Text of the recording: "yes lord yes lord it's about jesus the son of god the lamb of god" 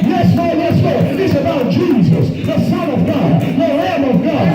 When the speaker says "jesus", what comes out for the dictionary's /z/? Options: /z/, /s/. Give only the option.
/z/